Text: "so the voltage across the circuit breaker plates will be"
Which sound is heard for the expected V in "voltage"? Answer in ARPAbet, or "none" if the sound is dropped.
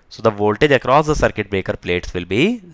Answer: V